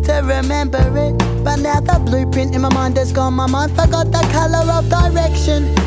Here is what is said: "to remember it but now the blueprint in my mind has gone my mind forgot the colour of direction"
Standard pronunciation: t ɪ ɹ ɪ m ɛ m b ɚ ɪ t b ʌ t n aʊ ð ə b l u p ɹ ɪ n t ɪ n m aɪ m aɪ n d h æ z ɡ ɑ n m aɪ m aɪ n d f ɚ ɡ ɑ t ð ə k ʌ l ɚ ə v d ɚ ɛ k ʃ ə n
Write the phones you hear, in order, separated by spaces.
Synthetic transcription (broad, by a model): t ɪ ɹ ɪ m ɛ m b ɚ ɪ t b ʌ t n aʊ ð ə b l u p ɪ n ɪ n m aɪ m aɪ n d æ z ɡ ɑ n m aɪ m aɪ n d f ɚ ɡ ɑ t ð ə k ʌ l ɚ ə v d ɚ ɛ k ʃ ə n